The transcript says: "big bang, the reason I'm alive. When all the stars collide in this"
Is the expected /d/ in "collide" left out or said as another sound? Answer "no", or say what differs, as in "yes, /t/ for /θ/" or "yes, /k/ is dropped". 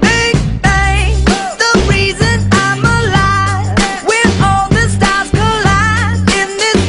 yes, /d/ is dropped